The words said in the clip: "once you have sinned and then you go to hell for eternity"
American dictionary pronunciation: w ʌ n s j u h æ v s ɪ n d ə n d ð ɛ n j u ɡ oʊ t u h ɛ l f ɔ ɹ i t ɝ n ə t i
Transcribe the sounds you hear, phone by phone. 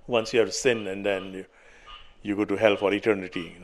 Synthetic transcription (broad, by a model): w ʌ n s j u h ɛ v s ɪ n ə n d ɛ n j u ɡ oʊ t u h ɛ l f ɔ ɹ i t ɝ n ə t i